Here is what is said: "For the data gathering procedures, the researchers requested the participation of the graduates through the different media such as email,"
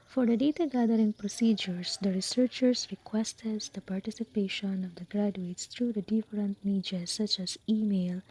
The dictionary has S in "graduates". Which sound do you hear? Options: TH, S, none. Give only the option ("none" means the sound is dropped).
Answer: S